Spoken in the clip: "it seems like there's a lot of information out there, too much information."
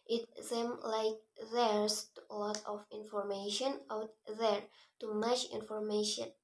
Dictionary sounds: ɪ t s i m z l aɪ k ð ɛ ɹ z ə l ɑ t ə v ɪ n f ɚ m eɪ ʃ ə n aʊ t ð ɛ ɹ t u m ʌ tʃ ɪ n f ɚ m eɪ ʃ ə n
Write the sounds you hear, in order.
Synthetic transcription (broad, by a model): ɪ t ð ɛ m l aɪ k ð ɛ ɹ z ə l ɑ t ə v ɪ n f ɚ m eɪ ʃ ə n aʊ t ð ɛ ɹ t u m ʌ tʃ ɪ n f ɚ m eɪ ʃ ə n